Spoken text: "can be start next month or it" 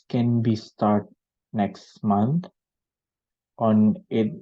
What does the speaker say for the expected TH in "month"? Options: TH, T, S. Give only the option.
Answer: T